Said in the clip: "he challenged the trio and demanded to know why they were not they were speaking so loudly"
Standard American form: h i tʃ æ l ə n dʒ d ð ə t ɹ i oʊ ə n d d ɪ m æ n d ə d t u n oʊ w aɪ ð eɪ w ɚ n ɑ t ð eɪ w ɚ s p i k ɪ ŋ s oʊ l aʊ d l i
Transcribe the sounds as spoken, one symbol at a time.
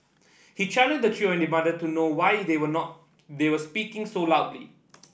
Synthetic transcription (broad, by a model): h i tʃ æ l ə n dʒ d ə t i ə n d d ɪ m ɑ d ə t u n oʊ w aɪ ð eɪ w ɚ n ɑ t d eɪ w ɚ s p i k ɪ ŋ s oʊ l aʊ d l i